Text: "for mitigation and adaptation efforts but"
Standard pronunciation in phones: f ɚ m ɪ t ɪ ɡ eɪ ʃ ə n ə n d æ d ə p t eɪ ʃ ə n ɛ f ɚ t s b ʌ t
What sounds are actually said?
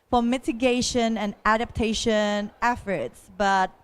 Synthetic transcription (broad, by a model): f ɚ m ɪ t ɪ ɡ eɪ ʃ ə n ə n æ d ə p t eɪ ʃ ə n ɛ f ɚ t s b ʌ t